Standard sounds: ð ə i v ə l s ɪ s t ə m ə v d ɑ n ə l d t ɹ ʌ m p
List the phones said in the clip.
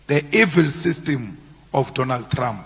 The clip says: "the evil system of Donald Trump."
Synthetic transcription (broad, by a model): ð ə i v ə l s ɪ s t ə m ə f d ɑ n ə l d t ɹ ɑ m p